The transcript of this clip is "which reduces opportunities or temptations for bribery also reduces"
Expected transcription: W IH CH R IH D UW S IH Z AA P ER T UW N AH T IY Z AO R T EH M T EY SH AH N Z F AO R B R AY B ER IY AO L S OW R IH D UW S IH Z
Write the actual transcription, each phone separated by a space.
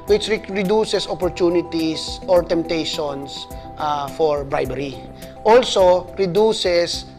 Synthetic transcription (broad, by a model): W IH CH R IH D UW S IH S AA P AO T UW N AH T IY S AO R T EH M T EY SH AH N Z F AO R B R AY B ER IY AO L S OW R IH D UW S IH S